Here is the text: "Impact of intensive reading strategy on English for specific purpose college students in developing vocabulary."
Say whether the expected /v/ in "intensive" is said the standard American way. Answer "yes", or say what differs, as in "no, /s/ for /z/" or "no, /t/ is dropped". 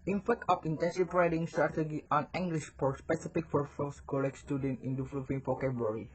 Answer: no, /p/ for /v/